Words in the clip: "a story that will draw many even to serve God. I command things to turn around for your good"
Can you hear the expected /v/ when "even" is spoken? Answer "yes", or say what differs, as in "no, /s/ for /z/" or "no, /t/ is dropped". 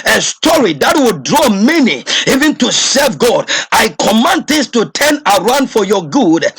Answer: yes